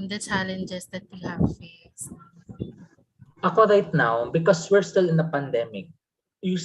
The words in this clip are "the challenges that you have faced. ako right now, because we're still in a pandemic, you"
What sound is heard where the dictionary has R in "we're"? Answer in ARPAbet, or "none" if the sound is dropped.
R